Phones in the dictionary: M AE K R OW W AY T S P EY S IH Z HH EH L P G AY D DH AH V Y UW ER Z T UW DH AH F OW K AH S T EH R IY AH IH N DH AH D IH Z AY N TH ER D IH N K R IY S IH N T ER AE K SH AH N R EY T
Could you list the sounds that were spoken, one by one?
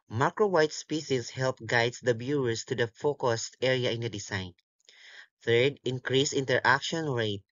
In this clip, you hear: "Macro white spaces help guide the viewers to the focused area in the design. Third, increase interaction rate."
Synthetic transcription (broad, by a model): M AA K R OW W AY T S P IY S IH S HH EH L P G AY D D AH B Y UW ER S T UW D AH F OW K AH S T EH R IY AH IH N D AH D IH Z AY N TH ER D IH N K R IY S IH N T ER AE K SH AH N R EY T